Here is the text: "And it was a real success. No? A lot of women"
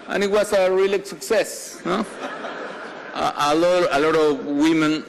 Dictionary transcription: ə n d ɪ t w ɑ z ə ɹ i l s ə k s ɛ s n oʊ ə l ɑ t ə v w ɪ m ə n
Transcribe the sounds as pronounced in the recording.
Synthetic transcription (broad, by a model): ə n ɪ t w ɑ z ə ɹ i l s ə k s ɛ s l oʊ ə l ɑ t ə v w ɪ m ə n